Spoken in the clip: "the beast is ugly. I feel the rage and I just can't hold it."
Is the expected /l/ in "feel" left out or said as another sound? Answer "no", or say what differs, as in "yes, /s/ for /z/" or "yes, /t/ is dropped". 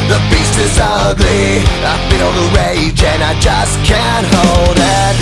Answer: yes, /n/ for /l/